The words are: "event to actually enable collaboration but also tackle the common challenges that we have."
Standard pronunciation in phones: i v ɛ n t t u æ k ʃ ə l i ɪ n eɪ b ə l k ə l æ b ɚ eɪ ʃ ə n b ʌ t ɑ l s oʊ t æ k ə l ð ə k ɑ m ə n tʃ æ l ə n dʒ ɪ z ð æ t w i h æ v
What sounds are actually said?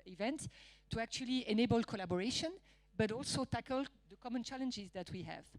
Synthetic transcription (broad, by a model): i v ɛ n t t u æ k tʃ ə l i ɪ n eɪ b ə l k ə l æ b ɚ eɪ ʃ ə n b ʌ t ɑ l s oʊ t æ k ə l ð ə k ɑ m ə n tʃ æ l ə n dʒ ɪ z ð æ t w i h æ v